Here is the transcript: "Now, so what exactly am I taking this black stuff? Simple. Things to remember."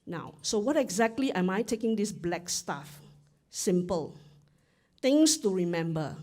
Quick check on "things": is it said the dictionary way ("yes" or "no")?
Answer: no